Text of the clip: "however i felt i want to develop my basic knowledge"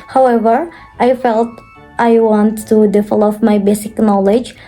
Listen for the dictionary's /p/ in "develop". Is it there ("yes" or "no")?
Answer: no